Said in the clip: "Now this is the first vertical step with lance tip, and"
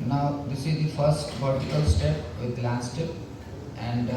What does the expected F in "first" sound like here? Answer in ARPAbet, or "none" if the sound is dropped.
F